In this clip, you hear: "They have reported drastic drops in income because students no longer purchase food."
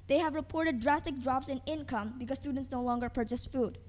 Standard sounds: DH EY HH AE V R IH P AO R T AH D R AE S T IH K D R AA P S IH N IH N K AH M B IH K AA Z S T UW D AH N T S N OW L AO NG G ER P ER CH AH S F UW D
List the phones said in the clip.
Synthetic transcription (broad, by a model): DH EY HH AE V R IH P AO R T AH D R AE S T IH K D R AA P S IH N IH N K AH M B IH K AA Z S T UW D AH N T S N OW L AO NG G ER P ER CH AH S F UW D